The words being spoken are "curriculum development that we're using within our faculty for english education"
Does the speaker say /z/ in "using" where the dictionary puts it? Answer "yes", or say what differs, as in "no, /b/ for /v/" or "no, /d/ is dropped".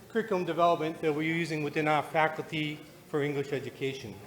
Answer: yes